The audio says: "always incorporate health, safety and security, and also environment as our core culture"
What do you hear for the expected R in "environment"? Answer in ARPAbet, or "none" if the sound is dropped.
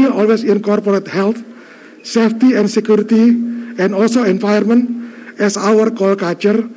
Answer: none